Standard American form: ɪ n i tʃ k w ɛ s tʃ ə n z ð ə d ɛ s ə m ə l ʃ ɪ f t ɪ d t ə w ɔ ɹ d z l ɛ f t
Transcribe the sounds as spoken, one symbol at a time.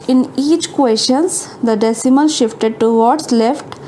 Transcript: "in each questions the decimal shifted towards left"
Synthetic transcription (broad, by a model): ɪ n i tʃ k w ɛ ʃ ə n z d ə d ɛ s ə m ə n ʃ ɪ f t ɪ d t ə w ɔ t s l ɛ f t